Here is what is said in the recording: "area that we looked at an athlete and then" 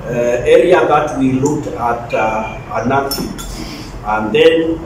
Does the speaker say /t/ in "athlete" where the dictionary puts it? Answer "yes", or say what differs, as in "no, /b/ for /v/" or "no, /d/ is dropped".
no, /t/ is dropped